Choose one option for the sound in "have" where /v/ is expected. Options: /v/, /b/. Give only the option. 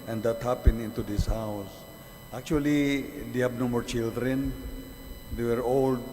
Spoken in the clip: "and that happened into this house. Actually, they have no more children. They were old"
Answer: /b/